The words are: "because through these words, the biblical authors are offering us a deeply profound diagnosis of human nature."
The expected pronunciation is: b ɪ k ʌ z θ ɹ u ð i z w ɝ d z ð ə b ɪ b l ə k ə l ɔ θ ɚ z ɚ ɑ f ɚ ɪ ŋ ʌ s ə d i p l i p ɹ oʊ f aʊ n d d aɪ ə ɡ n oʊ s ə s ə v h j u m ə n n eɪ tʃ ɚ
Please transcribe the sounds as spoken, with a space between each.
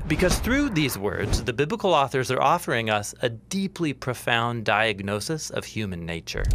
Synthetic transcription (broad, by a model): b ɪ k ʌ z θ ɹ u ð i z w ɝ d z ð ə b ɪ b l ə k l ɔ θ ɚ z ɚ ɑ f ɚ ɪ ŋ ʌ s ə d i p l i p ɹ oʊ f aʊ n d d aɪ ə ɡ n oʊ s ə s ə v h j u m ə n n eɪ tʃ ɚ